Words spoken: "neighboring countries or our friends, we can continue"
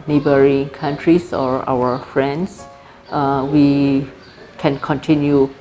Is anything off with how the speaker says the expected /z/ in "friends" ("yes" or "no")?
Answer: yes